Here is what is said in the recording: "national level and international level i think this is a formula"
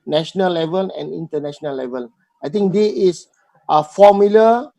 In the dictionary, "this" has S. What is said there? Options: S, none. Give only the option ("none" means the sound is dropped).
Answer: none